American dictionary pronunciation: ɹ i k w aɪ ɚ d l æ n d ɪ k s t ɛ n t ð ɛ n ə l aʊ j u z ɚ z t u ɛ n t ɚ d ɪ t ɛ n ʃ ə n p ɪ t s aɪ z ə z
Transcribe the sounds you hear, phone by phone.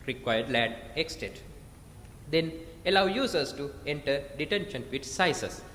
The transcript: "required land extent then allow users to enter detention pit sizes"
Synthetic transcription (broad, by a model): ɹ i k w aɪ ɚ d l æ d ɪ k s t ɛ t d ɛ n ə l aʊ j u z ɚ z t u ɛ n t ɚ d ɪ t ɛ n ʃ ə n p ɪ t s aɪ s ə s